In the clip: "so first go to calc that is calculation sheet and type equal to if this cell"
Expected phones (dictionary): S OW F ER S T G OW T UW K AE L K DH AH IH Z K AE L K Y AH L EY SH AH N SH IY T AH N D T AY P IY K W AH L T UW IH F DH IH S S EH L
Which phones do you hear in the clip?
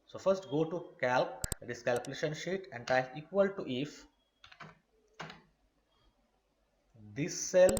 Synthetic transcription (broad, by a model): S OW F ER S T G OW T UW K AE L K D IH S K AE L K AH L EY SH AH N SH IY T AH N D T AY IY K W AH L T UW IH F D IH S S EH L